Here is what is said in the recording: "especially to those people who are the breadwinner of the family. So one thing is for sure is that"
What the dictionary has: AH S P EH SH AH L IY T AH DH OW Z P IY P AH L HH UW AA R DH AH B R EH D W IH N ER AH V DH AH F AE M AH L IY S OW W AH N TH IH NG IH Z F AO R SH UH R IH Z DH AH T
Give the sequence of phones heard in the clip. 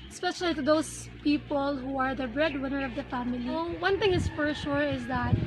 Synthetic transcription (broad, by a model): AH S P EH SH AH L IY T AH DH OW S P IY P AH L HH UW AA R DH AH B R EH D W IH N ER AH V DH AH F AE M AH L IY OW W AH N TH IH NG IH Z F AO R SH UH R IH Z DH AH T